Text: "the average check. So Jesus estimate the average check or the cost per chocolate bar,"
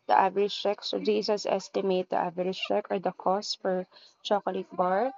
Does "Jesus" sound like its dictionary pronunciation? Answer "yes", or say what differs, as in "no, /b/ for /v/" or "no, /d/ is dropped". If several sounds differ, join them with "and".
no, /s/ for /z/